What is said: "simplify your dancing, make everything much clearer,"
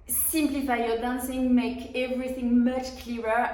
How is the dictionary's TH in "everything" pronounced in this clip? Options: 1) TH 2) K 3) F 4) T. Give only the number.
1